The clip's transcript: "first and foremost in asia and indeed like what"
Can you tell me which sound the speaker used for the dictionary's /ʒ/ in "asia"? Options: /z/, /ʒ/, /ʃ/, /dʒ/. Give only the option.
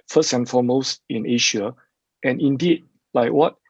/ʃ/